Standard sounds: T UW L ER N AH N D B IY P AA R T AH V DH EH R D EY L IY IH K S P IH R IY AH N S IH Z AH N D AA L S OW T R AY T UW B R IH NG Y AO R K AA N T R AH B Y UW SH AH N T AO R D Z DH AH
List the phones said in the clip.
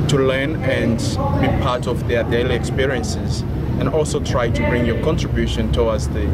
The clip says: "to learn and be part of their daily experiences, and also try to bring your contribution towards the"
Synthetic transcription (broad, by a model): T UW L ER N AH N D B IY P AA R T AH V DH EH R D EY L IY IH K S P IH R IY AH N S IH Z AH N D AA L S OW T R AY T UW B R IH NG Y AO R K AA N T R AH B Y UW SH AH N T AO W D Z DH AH